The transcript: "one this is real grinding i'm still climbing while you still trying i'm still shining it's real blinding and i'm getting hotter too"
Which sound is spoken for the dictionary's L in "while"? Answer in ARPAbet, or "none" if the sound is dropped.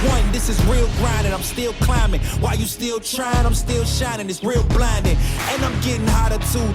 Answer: L